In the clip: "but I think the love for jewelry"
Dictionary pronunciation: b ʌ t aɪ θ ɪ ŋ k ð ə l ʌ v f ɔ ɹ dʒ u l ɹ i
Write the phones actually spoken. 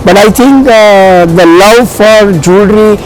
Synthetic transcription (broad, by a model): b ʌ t aɪ t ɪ ŋ k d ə l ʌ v f ɔ ɹ dʒ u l ɹ i